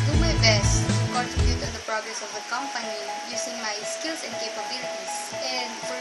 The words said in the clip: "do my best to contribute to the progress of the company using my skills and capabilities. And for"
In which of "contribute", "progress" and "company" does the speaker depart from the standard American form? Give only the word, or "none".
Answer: contribute